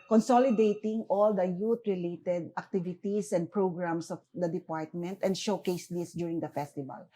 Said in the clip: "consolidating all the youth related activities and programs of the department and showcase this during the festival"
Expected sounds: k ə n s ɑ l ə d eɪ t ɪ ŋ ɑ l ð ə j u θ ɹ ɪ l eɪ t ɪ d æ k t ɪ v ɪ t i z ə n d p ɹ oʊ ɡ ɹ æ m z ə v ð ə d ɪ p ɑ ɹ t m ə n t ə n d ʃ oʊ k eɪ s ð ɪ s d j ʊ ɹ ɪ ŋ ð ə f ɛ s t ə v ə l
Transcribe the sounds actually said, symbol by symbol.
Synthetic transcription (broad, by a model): k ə n s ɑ l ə d eɪ t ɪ ŋ ɑ l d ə j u t ɹ ɪ l eɪ t ɪ d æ k t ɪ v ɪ t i s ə n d p ɹ oʊ ɡ ɹ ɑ m s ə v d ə d ɪ p ɑ ɹ t m ə n t ə n d ʃ oʊ k eɪ s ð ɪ s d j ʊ ɹ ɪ ŋ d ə f ɛ s t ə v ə l